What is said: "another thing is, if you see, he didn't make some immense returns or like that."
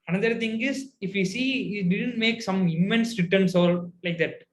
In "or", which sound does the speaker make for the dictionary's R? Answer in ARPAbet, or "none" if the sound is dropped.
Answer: L